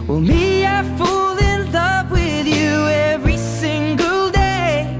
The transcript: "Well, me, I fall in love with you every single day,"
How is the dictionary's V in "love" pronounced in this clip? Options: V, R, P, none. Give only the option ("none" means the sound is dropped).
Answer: P